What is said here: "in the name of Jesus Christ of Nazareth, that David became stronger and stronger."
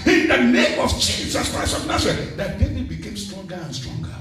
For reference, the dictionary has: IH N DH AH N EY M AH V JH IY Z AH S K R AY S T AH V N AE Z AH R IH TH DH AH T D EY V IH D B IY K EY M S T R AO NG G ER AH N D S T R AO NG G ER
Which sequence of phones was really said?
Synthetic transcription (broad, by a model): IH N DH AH N EY M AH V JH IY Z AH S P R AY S AH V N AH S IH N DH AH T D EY IH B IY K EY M S T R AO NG G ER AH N S T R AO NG G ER